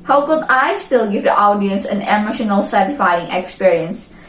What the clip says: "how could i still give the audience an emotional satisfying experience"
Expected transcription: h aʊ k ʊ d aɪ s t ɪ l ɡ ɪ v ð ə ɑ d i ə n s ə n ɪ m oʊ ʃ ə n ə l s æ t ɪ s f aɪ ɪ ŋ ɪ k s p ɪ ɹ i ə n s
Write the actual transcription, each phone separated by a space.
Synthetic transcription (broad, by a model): h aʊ k ʊ d aɪ s t ɪ l ɡ ɪ v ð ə ɑ d i ə n s ə n ɪ m oʊ ʃ ə n ə l s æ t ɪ f aɪ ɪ ŋ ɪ k s p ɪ ɹ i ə n s